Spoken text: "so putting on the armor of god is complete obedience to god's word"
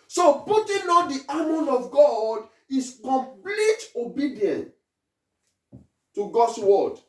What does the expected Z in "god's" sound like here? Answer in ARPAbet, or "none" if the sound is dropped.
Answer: S